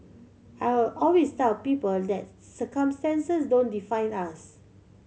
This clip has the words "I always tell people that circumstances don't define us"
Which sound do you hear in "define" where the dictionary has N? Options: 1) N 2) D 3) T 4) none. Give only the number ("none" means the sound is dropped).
1